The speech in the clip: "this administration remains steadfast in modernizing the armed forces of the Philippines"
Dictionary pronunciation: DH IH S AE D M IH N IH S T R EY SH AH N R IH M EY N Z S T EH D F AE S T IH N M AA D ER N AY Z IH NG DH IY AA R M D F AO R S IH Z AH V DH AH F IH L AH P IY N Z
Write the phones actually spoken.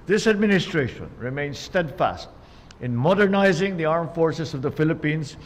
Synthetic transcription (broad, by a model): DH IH S AE D M IH N IH S T R EY SH AH N R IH M EY N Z S T EH D F AE S T IH N M AA D ER N AY Z IH NG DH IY AA R M F AO R S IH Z AH V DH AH F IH L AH P IY N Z